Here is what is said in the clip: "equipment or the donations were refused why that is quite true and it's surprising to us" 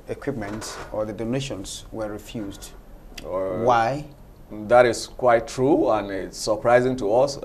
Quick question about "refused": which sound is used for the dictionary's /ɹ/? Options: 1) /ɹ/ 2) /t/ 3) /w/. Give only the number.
1